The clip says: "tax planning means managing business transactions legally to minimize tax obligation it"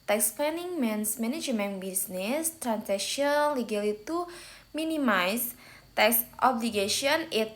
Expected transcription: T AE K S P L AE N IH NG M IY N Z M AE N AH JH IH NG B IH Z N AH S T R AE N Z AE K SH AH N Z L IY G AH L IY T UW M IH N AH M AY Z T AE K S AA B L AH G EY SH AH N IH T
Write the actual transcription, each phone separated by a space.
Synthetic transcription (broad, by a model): T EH K S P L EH N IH NG M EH N S M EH N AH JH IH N B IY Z N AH S T R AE N S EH K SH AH N L IY G AH L IY T UW M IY N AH M AY S T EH K S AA B L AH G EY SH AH N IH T